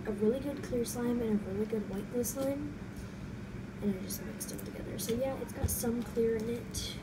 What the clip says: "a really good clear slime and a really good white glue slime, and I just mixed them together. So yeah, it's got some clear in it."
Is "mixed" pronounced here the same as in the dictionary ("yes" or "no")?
no